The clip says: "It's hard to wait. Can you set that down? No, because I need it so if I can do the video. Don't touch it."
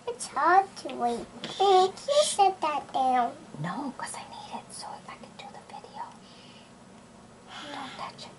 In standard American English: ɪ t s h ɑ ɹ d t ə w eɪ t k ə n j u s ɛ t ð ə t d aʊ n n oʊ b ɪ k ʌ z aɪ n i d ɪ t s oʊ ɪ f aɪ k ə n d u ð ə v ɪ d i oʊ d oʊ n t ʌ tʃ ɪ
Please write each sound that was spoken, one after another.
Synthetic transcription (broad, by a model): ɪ t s h ɑ ɹ d t ə w eɪ t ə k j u ʃ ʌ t ð ə t d aʊ n n oʊ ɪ k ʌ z aɪ n i d ɪ t s oʊ ɪ f aɪ k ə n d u ð ə v ɪ d i oʊ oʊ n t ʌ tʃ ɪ